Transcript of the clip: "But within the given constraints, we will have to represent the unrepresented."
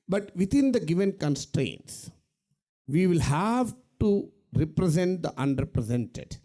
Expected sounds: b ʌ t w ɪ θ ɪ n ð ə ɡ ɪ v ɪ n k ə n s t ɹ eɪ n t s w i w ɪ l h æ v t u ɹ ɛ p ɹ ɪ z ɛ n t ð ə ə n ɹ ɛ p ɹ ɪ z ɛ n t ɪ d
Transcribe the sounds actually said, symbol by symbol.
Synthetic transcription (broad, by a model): b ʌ t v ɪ t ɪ n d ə ɡ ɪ v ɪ n k ə n s t ɹ eɪ n t s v i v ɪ l h æ v t u ɹ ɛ p ɹ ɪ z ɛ n t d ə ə n ɹ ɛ p ɹ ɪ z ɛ n t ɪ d